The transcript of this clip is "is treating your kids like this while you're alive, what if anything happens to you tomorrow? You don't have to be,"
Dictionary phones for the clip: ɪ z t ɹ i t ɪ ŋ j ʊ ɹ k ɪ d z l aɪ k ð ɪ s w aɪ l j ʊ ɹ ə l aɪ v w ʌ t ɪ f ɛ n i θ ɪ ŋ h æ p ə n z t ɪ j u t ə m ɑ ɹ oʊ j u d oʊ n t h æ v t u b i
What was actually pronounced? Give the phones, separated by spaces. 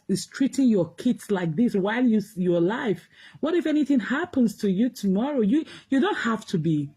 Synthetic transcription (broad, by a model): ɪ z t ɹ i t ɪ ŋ j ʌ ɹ k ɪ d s l aɪ k ð ɪ s w aɪ l j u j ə l aɪ f w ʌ t ɪ f ɛ n i θ ɪ ŋ h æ p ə n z t ɪ j u t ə m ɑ ɹ oʊ j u d oʊ n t h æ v t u b i